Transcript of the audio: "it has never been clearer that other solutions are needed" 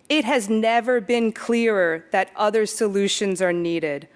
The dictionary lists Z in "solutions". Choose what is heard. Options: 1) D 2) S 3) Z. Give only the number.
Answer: 3